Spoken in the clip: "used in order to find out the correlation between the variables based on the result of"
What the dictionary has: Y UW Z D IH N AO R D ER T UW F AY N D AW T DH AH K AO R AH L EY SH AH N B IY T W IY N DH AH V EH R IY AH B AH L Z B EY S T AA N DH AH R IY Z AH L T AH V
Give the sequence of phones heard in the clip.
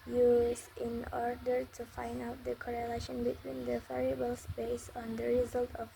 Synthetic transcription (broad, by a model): Y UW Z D IH N AO R D ER T UW F AY N D AW T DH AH K AO R AH L EY SH AH N B IY T W IY N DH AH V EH R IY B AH L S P EY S AA N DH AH R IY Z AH L T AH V